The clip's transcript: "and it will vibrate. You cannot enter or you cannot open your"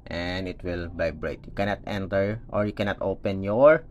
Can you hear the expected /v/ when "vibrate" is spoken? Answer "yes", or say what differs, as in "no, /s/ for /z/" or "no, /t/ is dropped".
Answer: no, /b/ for /v/